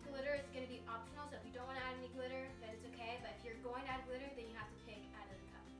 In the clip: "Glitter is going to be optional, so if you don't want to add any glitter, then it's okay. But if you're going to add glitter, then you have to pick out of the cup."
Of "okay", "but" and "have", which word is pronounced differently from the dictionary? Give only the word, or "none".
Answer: have